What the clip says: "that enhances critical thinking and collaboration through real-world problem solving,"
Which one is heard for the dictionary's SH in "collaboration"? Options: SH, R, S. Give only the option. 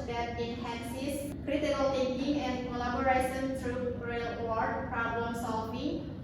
S